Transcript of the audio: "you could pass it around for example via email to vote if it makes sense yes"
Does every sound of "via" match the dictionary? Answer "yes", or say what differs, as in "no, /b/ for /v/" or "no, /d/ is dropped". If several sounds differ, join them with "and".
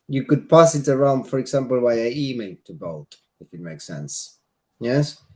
no, /w/ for /v/